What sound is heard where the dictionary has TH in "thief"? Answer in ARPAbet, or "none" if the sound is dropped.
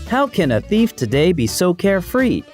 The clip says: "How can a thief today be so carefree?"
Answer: TH